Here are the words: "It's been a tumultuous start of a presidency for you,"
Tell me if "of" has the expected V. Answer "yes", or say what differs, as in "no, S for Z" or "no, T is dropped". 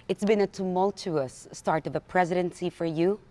yes